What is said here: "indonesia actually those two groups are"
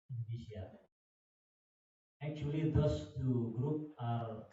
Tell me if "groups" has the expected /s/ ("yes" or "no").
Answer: no